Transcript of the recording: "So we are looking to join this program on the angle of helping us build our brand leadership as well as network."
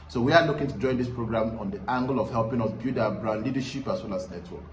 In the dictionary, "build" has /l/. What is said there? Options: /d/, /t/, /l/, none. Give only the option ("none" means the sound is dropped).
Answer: none